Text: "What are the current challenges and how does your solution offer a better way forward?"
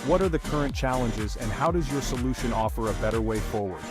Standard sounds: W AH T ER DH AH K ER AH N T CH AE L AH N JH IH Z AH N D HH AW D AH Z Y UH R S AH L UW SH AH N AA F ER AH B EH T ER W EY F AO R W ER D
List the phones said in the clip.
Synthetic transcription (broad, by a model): W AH T ER DH AH K ER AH N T CH AE L AH N JH IH Z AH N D HH AW D AH Z Y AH R S AH L UW SH AH N AA F ER AH B EH T ER W EY F AO R W ER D